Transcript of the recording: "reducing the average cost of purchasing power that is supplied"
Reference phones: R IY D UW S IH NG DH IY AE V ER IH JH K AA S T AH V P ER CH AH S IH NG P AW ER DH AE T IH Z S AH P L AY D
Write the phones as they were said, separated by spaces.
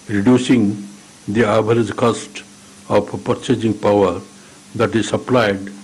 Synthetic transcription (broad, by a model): R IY D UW S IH NG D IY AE B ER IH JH K AA S T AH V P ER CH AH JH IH NG P AW ER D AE T IH Z S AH P L AY D